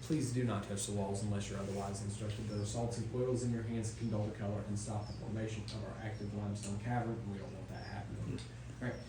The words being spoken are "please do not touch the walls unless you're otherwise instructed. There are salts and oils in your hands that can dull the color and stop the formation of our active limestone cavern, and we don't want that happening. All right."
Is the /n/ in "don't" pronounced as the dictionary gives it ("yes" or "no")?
no